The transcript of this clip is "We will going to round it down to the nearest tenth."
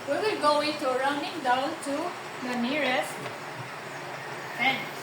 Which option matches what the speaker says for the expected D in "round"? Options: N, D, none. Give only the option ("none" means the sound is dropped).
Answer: none